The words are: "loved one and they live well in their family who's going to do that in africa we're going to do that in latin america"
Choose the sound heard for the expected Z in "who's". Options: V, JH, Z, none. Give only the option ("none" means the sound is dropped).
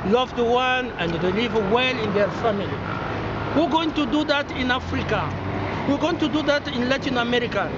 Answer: none